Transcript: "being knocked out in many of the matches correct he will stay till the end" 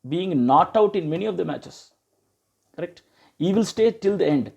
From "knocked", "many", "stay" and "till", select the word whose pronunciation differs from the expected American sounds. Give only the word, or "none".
knocked